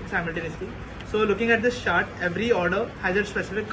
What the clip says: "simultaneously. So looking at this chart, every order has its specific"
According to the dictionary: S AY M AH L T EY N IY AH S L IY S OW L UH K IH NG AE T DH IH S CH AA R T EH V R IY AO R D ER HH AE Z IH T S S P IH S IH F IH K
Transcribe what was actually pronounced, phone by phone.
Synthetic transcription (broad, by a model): S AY M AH L T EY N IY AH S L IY S OW L UH K IH NG AE T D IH S SH AA R T EH V R IY AO R D ER HH AE Z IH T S S P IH S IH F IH K